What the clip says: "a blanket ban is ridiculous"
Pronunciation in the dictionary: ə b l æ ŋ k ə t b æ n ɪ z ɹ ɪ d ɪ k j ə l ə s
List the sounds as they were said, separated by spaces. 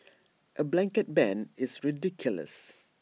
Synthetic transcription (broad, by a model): ə b l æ ŋ k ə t b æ n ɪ s ɹ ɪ d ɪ k j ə l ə s